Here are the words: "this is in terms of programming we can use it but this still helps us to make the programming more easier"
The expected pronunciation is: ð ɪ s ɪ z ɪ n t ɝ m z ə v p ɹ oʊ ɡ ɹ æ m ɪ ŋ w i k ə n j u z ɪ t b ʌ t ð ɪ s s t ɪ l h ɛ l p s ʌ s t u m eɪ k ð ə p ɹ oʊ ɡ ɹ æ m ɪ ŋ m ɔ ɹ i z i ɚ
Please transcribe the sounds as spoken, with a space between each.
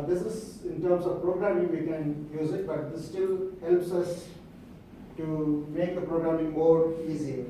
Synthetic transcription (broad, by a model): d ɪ s ɪ z ɪ n t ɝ m s ə v p ɹ oʊ ɡ ɹ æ m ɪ ŋ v i k ə n j u z ɪ t b ʌ t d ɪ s s t ɪ l h ɛ l p s ʌ s t u m eɪ k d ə p ɹ oʊ ɡ ɹ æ m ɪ ŋ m ɔ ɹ i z i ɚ